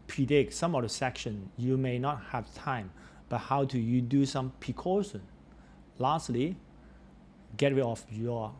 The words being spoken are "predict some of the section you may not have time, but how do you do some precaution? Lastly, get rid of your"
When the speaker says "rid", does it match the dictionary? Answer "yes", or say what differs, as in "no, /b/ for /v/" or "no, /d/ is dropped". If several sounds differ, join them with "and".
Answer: no, /d/ is dropped